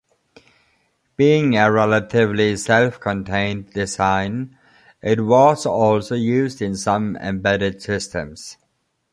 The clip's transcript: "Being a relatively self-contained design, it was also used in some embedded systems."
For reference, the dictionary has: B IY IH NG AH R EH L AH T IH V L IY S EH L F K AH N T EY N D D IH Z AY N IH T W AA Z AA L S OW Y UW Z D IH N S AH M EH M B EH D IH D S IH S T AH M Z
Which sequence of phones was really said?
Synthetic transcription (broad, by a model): B IY IH NG AH R EH L AH T IH V L IY S EH L F K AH N T EY N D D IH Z AY N IH T W AA Z AA L S OW Y UW Z D IH N S AH M EH M B EH D IH D S IH S T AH M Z